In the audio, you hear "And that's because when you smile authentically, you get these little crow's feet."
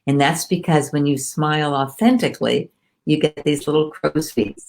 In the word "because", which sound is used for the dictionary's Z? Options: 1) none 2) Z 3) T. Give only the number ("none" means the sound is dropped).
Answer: 2